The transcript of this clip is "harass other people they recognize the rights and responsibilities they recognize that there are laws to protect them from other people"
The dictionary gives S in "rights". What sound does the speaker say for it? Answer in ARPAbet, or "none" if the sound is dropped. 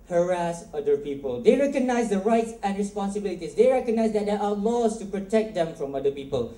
S